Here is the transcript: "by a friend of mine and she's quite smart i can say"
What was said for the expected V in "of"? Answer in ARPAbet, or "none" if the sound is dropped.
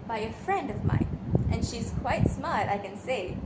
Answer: V